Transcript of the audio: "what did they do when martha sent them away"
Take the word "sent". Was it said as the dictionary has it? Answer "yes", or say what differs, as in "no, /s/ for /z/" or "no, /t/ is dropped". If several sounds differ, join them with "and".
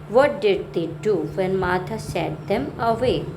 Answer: no, /n/ is dropped